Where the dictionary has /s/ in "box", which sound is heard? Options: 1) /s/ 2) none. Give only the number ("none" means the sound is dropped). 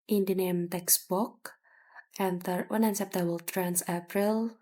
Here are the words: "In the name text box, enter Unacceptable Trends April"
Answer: 2